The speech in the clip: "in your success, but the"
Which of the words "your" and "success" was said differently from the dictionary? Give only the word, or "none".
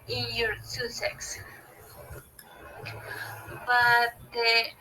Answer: success